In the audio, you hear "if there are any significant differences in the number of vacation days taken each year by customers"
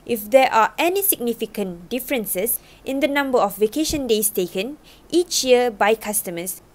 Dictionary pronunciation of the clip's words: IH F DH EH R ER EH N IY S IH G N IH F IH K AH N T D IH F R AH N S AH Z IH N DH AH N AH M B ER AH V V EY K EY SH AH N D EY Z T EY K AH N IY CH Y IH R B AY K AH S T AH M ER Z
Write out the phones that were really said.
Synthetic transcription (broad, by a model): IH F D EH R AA EH N IY S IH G N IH F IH K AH N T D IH F R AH N S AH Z IH N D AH N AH M B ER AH F V EY K EY SH AH N D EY S T EY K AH N IY CH Y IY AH B AY K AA S T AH M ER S